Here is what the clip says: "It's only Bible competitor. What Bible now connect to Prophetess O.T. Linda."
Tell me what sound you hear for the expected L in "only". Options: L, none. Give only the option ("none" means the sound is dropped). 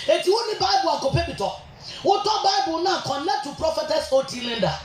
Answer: none